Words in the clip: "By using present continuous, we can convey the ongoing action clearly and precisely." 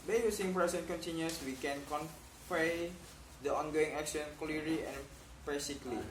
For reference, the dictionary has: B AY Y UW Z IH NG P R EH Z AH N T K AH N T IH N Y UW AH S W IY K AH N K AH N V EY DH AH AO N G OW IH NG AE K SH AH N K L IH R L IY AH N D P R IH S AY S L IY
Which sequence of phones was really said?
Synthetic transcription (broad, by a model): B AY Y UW S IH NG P R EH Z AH N K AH N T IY N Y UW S W IY K AH N K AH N P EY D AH AO N G OW IH NG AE K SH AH N K L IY R L IY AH N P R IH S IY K L IY